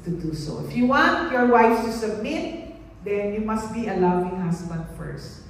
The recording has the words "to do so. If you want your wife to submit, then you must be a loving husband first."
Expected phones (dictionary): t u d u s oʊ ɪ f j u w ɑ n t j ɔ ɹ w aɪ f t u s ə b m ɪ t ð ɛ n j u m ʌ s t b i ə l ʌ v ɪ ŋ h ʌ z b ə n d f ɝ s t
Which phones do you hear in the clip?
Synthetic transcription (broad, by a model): t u d u s oʊ ɪ f j u w ɑ n t j ɔ ɹ w aɪ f t u s ə b m ɪ t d ɛ n j u m ʌ s t b i ə l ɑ w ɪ ŋ h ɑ s b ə n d f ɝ s t